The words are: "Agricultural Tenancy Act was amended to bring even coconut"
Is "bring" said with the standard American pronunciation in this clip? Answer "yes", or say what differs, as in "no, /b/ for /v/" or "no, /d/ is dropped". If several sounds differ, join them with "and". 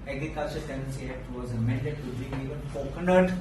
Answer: no, /ɹ/ is dropped